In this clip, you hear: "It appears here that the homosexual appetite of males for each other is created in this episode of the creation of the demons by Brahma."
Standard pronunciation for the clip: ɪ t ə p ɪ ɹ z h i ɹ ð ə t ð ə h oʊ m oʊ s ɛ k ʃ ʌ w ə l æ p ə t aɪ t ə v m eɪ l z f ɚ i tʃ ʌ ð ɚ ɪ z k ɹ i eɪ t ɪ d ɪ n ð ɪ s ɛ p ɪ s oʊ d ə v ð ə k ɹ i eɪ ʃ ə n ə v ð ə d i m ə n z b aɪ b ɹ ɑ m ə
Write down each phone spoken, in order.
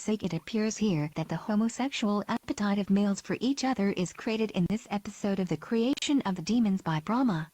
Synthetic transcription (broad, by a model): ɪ t ə p ɪ ɹ z h i ɹ ð ə t ð ə h oʊ m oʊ s ɛ k ʃ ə l æ p ə t aɪ t ə v m eɪ l z f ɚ i tʃ ʌ ð ɚ ɪ z k ɹ i eɪ t ɪ d ɪ n ð ɪ s ɛ p ɪ s oʊ d ə v ð ə k ɹ i eɪ ʃ ə n ə v ð ə d i m ə n z b aɪ b ɹ ɑ m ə